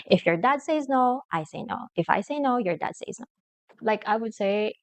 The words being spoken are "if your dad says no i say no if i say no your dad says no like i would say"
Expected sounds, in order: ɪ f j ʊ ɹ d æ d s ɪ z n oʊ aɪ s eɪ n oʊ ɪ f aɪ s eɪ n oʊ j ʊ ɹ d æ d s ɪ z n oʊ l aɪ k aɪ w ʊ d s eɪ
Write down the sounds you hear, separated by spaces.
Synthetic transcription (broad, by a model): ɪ f j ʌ ɹ d æ d s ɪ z n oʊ aɪ s eɪ n oʊ ɪ f aɪ s eɪ n oʊ j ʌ ɹ d æ d s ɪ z n oʊ l aɪ k aɪ w ʊ d s eɪ